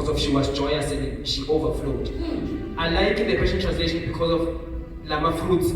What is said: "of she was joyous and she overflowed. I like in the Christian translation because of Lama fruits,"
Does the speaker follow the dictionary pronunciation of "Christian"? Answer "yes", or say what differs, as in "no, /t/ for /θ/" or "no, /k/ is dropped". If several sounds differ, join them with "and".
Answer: no, /w/ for /ɹ/